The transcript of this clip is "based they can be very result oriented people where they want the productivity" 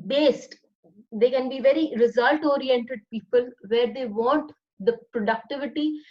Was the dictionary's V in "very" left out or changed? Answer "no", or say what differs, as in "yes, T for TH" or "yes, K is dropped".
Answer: no